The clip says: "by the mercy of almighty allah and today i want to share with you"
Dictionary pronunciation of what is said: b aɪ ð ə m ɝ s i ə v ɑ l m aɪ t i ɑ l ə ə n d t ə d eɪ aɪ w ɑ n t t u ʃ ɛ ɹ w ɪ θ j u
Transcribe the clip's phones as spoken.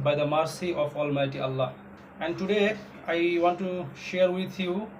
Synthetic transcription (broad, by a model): b aɪ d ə m ɝ s i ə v ɑ l m aɪ t i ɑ l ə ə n d t ə d eɪ aɪ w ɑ n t t u ʃ ɛ ɹ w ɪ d j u